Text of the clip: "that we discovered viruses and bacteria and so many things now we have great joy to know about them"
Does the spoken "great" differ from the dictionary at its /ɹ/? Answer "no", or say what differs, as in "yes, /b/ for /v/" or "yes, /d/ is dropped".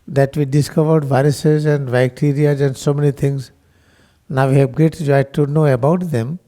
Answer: yes, /ɹ/ is dropped